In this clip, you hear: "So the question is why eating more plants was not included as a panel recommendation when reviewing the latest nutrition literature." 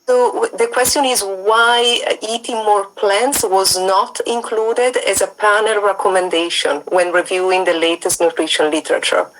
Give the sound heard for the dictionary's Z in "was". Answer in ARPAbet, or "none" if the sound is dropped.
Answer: Z